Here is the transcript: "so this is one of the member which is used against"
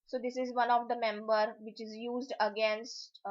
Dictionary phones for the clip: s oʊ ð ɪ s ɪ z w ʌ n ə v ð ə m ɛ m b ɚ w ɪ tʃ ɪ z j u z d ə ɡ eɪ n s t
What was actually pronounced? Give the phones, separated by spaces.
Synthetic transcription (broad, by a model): s oʊ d ɪ s ɪ z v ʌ n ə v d ə m ɛ m b ɚ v ɪ tʃ ɪ z j u z d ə ɡ eɪ n s t